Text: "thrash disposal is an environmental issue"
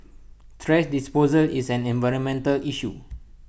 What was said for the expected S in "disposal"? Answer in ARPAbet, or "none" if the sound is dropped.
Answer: S